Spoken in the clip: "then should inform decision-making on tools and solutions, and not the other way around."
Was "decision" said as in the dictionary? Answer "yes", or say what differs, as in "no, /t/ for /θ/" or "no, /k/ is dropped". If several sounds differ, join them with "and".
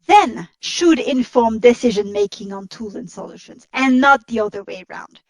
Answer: yes